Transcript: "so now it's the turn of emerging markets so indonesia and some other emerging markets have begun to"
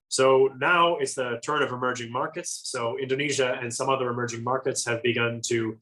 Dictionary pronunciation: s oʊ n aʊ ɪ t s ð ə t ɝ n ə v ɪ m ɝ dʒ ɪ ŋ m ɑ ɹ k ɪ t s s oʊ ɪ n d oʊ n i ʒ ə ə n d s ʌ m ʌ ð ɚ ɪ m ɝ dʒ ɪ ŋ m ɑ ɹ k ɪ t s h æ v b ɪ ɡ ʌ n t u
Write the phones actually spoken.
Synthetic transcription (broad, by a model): s oʊ n aʊ ɪ t s ð ə t ɝ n ə v ɪ m ɝ dʒ ɪ ŋ m ɑ ɹ k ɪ t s s oʊ ɪ n d oʊ n i ʒ ə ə n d s ʌ m ʌ ð ɚ ɪ m ɝ dʒ ɪ ŋ m ɑ ɹ k ɪ t s h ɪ v b ɪ ɡ ʌ n t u